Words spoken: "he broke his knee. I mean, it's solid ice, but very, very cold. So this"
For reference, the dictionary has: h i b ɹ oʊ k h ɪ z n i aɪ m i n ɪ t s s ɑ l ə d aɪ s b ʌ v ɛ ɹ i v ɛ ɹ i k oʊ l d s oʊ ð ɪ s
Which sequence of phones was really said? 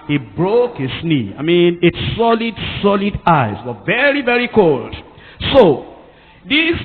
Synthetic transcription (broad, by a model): h i b ɹ oʊ k h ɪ s n i aɪ m i n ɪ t s s ɑ l ə d aɪ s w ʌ v ɛ ɹ i v ɛ ɹ i k oʊ l d s oʊ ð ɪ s